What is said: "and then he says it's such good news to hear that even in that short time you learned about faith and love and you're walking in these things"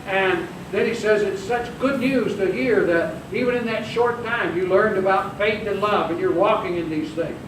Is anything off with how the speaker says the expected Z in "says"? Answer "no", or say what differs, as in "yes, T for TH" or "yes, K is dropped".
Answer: no